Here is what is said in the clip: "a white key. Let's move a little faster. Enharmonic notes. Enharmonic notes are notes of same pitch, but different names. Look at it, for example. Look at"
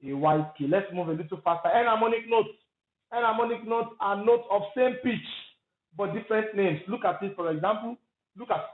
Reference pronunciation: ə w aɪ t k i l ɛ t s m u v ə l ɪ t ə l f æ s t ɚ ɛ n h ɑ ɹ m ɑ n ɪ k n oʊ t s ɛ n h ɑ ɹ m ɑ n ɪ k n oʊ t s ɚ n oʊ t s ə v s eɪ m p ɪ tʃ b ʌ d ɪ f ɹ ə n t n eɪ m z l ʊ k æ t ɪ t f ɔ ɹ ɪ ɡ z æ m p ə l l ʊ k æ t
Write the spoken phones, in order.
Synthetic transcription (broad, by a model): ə w aɪ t k i l ɛ t s m u v ə l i t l f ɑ s t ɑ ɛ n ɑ m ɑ n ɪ k n oʊ t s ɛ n ɑ m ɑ n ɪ k n oʊ t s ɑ n oʊ t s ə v s eɪ m p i tʃ b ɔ d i f ɹ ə n t n eɪ m s l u k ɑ t ɪ t f ɔ ɹ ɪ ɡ z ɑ m p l l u k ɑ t